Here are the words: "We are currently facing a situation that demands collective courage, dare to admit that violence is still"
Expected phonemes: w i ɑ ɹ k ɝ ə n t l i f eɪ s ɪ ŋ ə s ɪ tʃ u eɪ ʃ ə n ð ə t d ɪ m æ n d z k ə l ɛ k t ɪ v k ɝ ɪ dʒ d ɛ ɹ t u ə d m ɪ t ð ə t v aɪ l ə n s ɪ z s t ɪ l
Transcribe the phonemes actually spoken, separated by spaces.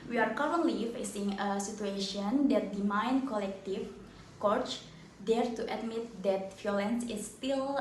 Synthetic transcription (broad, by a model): w i ɑ ɹ k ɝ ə n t l i f eɪ s ɪ ŋ ə s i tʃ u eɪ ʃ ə n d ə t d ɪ m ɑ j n k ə l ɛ k t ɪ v k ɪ tʃ d ɛ ɹ t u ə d m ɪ t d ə t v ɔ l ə n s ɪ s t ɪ l